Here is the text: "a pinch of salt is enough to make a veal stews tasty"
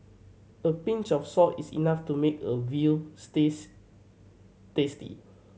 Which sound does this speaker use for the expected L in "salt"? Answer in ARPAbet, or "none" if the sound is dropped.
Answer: none